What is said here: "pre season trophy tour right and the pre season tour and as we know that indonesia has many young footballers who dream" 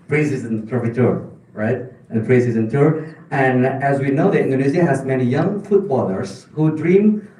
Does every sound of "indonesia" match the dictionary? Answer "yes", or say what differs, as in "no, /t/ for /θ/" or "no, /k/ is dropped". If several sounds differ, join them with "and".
no, /z/ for /ʒ/